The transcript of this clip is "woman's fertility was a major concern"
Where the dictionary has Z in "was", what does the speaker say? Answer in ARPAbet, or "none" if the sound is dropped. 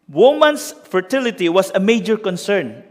S